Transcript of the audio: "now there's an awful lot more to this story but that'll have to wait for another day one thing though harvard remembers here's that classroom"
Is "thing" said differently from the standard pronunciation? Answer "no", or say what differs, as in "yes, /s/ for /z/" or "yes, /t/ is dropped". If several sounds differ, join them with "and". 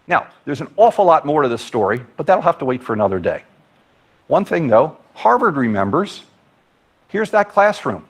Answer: no